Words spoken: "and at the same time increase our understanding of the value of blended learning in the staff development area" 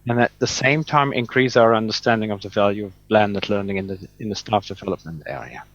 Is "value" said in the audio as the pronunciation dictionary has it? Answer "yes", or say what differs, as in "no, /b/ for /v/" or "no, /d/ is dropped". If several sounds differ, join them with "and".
yes